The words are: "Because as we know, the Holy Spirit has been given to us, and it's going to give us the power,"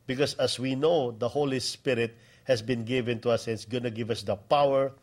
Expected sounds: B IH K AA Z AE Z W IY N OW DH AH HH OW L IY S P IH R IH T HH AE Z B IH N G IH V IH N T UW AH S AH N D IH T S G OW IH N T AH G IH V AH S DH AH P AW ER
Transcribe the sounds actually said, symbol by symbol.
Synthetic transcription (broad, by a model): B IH K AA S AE S W IY N OW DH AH HH OW L IY S P IH R IH T HH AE S B IH N G IH V IH N T UW AH S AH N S G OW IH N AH G IH V AH S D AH P AW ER